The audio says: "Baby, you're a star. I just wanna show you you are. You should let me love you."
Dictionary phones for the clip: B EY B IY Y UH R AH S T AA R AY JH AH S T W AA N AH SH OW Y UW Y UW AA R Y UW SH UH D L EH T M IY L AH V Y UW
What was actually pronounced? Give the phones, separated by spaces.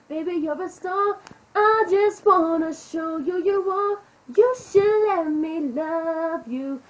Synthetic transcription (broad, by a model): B EY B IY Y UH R AH S T AA R AY JH AH S T W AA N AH SH OW Y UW Y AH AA L Y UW SH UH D L EH T M IY L AH V Y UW